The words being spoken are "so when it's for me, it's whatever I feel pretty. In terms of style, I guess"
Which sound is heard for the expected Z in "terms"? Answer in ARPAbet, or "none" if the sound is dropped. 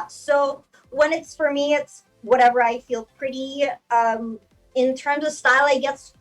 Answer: Z